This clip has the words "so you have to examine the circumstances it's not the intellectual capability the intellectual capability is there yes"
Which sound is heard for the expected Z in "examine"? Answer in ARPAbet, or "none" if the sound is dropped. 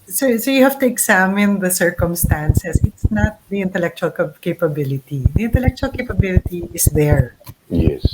S